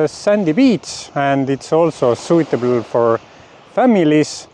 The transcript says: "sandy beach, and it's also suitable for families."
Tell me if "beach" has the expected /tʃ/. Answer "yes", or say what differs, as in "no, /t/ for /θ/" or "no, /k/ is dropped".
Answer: no, /s/ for /tʃ/